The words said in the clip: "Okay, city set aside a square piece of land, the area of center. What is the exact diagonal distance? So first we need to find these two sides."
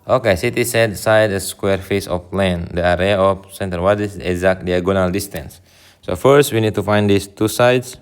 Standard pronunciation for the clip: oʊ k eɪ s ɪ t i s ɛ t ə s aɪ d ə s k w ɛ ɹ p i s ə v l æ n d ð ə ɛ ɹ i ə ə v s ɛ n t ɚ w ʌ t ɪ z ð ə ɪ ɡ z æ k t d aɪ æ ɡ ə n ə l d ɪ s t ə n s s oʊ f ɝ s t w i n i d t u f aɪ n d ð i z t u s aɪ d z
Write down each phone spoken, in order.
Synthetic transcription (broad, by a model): oʊ k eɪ s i t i s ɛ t s aɪ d ə s k w ɛ ɹ f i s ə f l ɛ n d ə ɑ ɹ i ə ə f s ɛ n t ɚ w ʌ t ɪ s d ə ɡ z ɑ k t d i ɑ ɡ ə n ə l d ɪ s t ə n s s oʊ f ɝ s t w i n i d t u f aɪ n d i s t u s aɪ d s